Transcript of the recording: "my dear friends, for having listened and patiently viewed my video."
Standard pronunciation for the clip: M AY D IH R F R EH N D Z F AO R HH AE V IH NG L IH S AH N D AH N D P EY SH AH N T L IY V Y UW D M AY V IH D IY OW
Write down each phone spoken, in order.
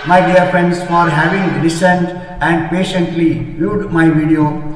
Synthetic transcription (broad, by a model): M AY D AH R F R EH N D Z F AO R HH AE V IH NG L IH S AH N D AH N D P EY SH AH N T L IY V Y UW D M AY V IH D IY OW